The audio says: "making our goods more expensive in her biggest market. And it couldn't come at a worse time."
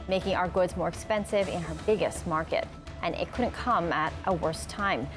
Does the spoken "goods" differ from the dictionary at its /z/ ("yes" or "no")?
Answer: no